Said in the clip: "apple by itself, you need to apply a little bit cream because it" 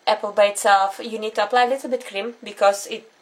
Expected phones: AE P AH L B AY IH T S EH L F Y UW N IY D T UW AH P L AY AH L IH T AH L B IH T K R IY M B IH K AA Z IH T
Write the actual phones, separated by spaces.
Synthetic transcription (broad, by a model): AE P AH L B AY IH T S EH L F Y UW N IY D T UW AH P L AY AH L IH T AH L B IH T K R IY M B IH K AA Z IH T